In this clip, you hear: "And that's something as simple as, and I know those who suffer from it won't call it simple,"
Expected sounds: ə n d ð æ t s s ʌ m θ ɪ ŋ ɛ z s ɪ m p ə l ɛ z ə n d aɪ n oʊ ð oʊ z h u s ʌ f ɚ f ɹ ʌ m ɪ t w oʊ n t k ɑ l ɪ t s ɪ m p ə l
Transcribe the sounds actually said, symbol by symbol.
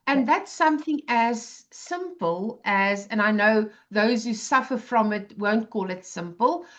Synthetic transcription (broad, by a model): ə n ð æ t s s ʌ m θ ɪ ŋ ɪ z s ɪ m p ə l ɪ z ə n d aɪ n oʊ ð oʊ z h u s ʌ f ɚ f ɹ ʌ m ɪ t w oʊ n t k ɑ l ɪ t s ɪ m p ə l